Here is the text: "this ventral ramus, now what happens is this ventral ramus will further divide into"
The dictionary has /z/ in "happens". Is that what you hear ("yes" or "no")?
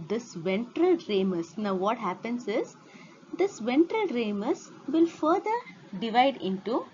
no